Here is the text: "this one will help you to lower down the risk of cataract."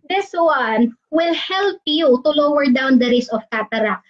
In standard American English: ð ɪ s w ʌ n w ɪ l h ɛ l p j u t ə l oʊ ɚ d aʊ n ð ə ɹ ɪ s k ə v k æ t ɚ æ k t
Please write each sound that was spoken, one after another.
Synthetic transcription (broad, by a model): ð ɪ s w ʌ n w ɪ l h ɛ l p j u t ə l oʊ ɚ d aʊ n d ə ɹ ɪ s ə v k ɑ t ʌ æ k